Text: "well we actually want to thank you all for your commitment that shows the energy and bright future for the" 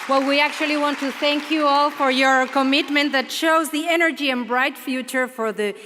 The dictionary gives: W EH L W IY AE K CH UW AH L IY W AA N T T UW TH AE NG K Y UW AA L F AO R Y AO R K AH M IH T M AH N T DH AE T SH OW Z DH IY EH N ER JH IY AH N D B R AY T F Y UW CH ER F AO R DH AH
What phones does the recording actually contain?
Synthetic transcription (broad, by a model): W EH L W IY AE K CH UW AH L IY W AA N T T UW TH AE NG K Y UW AA L F AO R Y AO R K AH M IH T M AH N T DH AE T SH OW Z DH IY EH N ER JH IY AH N B R AY T F Y UW CH ER F AO R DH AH